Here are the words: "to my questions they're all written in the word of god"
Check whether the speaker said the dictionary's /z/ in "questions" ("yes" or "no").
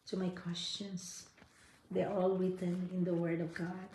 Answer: no